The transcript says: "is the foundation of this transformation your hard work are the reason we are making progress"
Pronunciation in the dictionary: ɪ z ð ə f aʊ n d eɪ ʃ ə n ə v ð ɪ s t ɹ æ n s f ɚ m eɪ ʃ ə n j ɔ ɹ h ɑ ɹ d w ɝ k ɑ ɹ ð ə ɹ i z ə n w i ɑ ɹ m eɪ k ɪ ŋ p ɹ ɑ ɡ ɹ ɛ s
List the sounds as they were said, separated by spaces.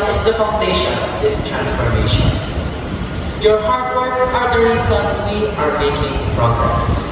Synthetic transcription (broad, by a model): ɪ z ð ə f aʊ n d eɪ ʃ ə n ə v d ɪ s t ɹ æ n s f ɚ m eɪ ʃ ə n j ɔ ɹ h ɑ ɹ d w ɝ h ɑ ɹ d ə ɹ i s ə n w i ɑ ɹ m eɪ k ɪ ŋ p ɹ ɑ ɡ ɹ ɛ s